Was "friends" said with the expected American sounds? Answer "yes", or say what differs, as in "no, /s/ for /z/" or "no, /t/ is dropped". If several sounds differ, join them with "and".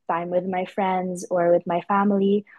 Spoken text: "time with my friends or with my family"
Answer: yes